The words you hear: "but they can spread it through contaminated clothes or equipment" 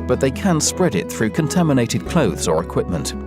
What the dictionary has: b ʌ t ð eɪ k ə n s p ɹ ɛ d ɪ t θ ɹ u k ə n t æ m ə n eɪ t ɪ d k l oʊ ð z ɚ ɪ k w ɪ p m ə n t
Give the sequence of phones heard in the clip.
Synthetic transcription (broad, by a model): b ʌ t ð eɪ k ə n s p ɹ ɛ d ɪ t θ ɹ u k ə n t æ m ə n eɪ t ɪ d k l oʊ ð z ɚ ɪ k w ɪ p m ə n t